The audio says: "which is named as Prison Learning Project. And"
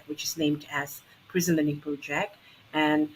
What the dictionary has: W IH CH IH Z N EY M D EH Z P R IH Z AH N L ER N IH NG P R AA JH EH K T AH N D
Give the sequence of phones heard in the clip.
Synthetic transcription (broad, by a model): W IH CH IH Z N EY M D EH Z P R IH Z AH N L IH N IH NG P AA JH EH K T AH N